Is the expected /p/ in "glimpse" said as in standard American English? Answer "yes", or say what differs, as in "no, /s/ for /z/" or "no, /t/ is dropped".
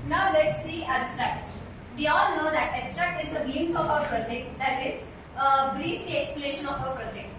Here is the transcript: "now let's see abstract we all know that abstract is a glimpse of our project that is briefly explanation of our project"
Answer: no, /p/ is dropped